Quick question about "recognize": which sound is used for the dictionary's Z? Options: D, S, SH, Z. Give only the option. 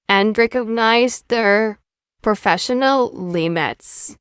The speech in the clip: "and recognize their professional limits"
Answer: Z